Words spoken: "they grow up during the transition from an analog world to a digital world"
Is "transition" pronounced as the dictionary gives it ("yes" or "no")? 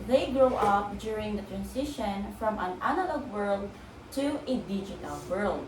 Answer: no